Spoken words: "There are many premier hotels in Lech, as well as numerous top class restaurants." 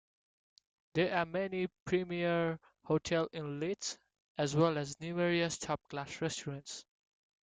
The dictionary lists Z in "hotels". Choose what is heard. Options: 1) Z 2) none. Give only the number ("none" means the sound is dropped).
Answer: 2